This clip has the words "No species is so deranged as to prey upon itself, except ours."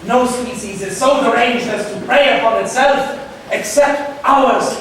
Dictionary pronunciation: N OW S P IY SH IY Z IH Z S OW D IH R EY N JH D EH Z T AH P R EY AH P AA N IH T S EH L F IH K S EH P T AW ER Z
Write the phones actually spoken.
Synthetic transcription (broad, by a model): N OW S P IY S IY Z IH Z S OW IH R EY N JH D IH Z T AH P R EY AH P AA N IH T S EH L F IH K S EH P T AW ER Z